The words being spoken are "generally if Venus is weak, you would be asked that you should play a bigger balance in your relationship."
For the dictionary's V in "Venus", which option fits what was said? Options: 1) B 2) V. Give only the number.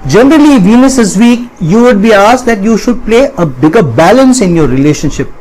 2